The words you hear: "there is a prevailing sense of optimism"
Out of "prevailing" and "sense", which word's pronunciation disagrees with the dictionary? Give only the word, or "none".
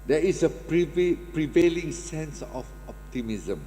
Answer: none